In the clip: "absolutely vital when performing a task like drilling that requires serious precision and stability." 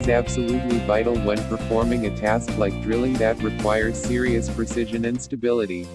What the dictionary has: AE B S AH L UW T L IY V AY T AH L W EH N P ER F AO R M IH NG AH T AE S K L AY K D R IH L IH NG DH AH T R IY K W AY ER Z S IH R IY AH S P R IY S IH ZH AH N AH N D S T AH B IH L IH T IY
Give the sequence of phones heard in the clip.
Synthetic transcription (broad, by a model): AE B S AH L UW T L IY V AY T L W EH N P ER F AO R M IH NG AH T AE S K L AY K D R IH L IH NG DH AH T R IY K W AY ER Z S IH R IY AH S P R IY S IH ZH AH N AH N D S T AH B IH L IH T IY